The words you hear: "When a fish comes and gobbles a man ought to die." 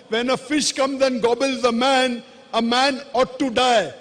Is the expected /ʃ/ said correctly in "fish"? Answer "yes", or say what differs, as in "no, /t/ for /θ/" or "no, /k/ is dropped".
yes